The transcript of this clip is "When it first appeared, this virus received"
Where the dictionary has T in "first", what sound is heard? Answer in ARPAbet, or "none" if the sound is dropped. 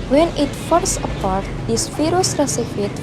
none